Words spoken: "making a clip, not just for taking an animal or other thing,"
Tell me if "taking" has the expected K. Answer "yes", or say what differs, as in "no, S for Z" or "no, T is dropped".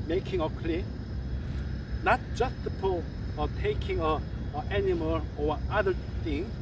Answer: yes